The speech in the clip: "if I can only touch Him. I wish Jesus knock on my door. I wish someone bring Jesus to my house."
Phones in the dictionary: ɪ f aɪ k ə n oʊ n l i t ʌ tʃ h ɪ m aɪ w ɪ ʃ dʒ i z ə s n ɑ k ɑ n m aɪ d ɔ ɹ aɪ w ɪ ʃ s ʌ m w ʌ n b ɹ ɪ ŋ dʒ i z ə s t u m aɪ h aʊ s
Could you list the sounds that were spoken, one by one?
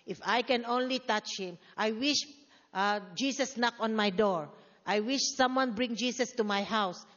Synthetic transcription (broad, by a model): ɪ f aɪ k ə n oʊ n l i t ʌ tʃ h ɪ m aɪ w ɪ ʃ dʒ i s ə s n ɑ k ɑ n m aɪ d ɔ ɹ aɪ w ɪ ʃ s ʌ m w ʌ n b ɹ ɪ ŋ dʒ i s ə s t u m aɪ h aʊ s